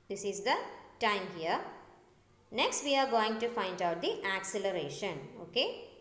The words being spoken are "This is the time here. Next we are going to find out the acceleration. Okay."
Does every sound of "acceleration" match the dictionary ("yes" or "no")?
yes